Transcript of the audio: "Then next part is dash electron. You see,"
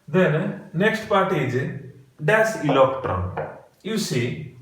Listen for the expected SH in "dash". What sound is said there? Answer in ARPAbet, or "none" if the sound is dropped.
S